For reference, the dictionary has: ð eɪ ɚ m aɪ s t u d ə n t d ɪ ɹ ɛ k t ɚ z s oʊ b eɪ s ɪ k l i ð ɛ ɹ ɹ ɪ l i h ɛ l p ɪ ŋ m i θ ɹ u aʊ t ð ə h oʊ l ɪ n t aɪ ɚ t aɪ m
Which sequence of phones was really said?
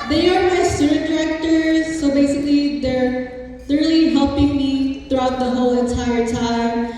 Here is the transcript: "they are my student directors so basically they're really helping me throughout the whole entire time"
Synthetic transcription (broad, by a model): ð eɪ ɚ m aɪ s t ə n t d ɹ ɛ k t ɚ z s oʊ b eɪ s ɪ k l i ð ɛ ɹ l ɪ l i h ɛ l p ɪ ŋ m i θ ɹ u aʊ t ð ə h oʊ l ɪ n t aɪ ɚ t aɪ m